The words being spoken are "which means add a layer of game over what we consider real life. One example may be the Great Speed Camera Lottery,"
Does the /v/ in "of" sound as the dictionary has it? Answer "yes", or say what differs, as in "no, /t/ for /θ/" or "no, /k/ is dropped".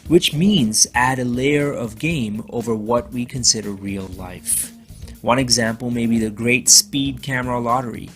yes